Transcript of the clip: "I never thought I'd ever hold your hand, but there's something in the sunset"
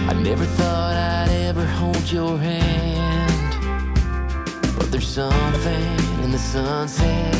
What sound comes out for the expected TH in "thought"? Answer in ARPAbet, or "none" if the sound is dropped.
TH